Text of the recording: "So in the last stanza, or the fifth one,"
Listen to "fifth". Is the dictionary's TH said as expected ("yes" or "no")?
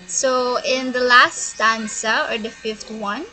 no